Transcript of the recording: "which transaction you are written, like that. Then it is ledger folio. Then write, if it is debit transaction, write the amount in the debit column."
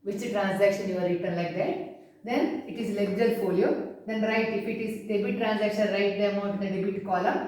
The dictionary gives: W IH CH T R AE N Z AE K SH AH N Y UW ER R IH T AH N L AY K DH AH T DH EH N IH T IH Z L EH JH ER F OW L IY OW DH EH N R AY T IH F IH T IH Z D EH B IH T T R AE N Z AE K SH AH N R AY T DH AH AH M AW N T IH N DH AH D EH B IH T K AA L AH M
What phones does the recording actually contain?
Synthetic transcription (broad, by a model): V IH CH T R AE N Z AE K SH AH N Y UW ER R IH T AH N L AY K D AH T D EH N IH T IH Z L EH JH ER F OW L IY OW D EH N R AY T IH F IH T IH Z D EH B IH T T R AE N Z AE K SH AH N R AY T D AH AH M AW T IH N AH D EH B IH T K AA L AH M